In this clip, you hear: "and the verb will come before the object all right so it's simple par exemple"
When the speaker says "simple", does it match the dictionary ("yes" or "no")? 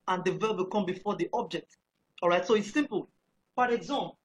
yes